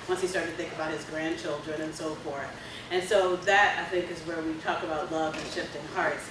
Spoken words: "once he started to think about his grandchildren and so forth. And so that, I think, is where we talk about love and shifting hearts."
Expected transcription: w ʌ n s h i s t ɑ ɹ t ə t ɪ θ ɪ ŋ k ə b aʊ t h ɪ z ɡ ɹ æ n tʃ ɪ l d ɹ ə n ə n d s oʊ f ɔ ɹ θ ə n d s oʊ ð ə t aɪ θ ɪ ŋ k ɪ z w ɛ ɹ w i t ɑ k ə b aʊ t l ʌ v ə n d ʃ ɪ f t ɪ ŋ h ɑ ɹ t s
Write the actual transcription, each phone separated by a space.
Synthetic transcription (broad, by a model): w ʌ n s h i s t ɑ ɹ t t ɪ θ ɪ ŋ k ə b aʊ t h ɪ z ɡ ɹ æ n tʃ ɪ l d ɹ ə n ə n s oʊ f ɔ ɹ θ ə n s oʊ ð ə t aɪ θ ɪ ŋ k ɪ z w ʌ ɹ w i t ɑ k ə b aʊ t l ʌ v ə n ʃ ɪ f t ɪ ŋ h ɑ ɹ t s